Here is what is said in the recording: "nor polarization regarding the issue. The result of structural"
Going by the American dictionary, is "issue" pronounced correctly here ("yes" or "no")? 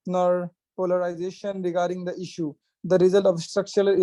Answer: yes